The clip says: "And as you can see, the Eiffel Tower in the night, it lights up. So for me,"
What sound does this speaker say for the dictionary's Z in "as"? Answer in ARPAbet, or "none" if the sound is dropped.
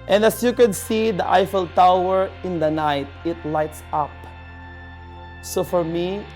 S